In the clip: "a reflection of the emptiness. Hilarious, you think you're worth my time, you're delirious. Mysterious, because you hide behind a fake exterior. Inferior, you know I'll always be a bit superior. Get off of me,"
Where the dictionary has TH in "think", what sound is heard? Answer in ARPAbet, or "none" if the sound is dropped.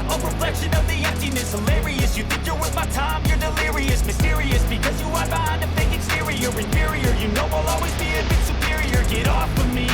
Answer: TH